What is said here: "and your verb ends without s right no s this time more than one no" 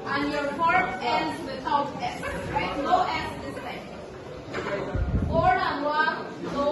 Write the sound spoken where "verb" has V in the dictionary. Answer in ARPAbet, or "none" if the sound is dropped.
F